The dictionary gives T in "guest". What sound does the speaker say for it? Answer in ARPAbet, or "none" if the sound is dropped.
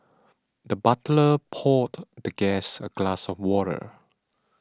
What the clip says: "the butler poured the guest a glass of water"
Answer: none